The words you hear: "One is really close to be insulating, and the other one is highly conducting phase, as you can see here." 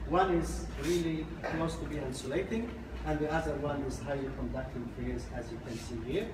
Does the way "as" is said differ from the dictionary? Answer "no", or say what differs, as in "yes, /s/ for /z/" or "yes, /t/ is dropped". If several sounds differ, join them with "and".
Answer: no